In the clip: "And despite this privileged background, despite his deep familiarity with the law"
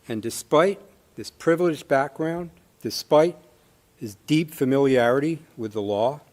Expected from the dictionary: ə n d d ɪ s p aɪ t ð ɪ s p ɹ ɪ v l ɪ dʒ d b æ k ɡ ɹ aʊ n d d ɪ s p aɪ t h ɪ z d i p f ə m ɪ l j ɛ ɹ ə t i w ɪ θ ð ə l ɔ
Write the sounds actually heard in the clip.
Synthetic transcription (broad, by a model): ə n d d ɪ s p aɪ t ð ɪ s p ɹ ɪ v l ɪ dʒ b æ k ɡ ɹ aʊ n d d ɪ s p aɪ t h ɪ z d i p f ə m ɪ l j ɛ ɹ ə t i w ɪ ð ə l ɔ